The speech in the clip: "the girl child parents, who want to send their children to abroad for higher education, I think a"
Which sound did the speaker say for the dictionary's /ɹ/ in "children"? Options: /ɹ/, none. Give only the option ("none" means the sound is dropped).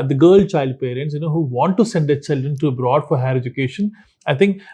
/ɹ/